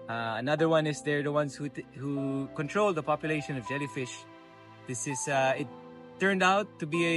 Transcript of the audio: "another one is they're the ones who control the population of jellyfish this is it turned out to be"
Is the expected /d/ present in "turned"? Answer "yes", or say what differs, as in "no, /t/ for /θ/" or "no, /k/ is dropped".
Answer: yes